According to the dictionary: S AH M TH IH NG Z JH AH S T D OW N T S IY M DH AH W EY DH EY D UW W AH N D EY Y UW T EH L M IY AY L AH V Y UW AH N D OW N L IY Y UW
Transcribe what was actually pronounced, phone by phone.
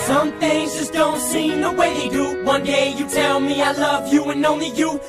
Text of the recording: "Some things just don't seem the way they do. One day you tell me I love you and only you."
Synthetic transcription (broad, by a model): S AH M TH IH NG Z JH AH S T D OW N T S IY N DH AH W EY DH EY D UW W AH N D EY Y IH T EH L M IY AY L AH V Y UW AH N OW N L IY Y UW